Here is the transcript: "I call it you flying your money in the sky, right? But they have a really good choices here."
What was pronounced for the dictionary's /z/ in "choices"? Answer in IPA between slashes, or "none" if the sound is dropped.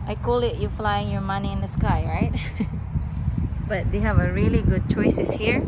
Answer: /s/